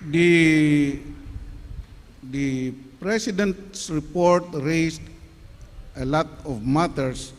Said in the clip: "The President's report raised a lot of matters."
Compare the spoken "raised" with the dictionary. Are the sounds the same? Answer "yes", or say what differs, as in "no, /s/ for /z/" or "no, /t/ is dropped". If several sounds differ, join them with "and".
no, /s/ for /z/